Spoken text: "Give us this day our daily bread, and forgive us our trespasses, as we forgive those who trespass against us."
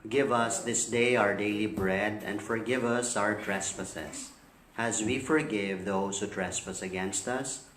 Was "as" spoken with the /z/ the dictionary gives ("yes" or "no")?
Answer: yes